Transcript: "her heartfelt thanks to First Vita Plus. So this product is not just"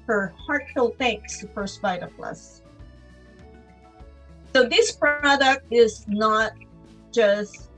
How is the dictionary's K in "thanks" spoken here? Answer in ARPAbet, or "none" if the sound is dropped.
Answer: K